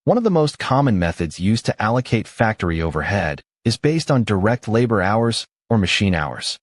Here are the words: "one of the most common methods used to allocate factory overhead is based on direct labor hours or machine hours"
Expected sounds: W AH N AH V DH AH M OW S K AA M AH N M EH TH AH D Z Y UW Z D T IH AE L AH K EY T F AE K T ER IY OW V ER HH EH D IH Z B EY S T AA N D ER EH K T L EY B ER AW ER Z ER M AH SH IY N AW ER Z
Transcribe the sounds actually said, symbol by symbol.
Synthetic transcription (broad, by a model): W AH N AH V DH AH M OW S K AA M AH N M EH TH AH D Z Y UW Z T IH AE L AH K EY T F AE K T ER IY OW V ER HH EH D IH Z B EY S T N D ER EH K T L EY B ER AW ER Z ER M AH SH IY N AW ER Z